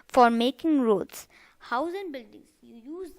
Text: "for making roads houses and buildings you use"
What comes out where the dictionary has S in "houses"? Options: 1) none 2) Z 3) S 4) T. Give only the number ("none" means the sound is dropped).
1